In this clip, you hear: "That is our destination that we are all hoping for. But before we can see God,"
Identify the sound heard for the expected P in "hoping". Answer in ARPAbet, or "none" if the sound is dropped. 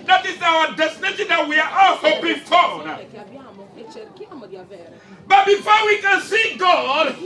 B